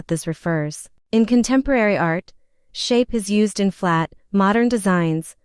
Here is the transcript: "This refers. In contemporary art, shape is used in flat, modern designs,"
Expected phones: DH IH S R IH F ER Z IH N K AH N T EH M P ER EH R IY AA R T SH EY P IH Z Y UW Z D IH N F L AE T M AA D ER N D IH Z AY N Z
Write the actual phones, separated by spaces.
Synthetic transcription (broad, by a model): DH IH S R IH F ER Z IH N K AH N T EH M P ER EH R IY AA R T SH EY P IH Z Y UW Z D IH N F L AE T M AA D ER N D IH Z AY N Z